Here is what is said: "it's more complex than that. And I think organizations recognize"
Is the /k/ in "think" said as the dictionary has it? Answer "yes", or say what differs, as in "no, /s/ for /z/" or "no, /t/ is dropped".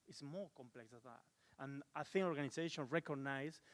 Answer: no, /k/ is dropped